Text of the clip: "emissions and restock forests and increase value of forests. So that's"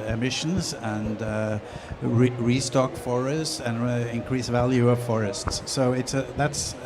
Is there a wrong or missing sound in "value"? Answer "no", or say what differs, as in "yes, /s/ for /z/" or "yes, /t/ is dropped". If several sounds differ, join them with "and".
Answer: no